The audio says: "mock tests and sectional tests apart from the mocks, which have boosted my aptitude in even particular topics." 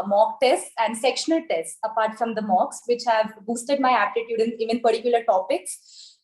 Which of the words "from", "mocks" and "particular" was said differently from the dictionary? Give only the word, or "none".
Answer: none